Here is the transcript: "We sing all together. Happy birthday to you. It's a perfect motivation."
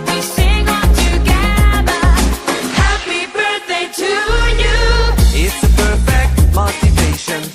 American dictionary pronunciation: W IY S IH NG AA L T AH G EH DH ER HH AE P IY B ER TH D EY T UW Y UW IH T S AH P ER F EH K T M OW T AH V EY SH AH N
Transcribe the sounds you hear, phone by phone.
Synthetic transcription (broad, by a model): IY S IH NG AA N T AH G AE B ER HH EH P IY B ER TH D EY T UW Y UW IH T S AH P ER F EH K T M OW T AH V EY SH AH N